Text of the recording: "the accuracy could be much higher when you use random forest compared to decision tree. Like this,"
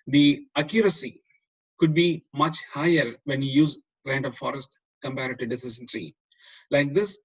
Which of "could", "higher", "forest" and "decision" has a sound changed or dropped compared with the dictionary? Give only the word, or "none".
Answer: decision